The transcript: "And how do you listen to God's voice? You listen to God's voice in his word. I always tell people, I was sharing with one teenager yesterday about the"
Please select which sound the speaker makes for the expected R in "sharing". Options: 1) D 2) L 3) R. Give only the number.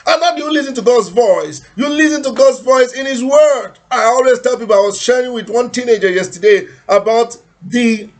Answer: 3